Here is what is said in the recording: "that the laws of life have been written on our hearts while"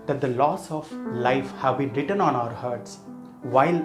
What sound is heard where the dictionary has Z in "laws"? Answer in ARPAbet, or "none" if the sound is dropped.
S